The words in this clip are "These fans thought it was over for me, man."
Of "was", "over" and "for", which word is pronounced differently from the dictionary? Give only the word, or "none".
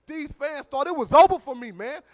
over